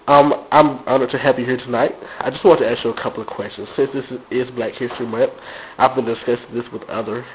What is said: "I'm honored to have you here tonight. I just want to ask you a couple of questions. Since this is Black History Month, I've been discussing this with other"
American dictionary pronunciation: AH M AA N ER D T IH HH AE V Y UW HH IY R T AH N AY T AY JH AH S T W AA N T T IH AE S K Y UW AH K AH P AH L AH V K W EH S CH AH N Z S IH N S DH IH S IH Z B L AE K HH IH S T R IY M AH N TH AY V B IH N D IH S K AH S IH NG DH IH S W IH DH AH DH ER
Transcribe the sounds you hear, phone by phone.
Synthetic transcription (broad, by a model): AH M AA IH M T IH HH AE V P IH HH IY R T AH N AY T AY JH AH S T W AA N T T IH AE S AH AH K AH P L AH V K W EH S CH AH N Z S IH N S DH IH S IH Z B L AE K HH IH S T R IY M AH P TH AY V B IH N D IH S K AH S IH DH IH S W IH DH AH DH ER